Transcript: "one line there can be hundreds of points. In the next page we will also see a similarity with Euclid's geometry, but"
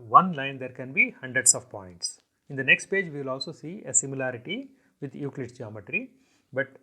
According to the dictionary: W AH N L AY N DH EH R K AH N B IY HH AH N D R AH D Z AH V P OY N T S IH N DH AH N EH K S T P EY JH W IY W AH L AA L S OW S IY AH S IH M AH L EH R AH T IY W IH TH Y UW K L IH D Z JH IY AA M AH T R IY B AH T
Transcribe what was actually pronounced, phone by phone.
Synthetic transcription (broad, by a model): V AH N L AY N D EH R K AH N B IY HH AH N D R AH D S AH V P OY N T S IH N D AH N EH K S T P EY JH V IY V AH L AA L S OW S IY AH S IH M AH L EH R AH T IY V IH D Y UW K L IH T JH IY AA M AH T R IY B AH T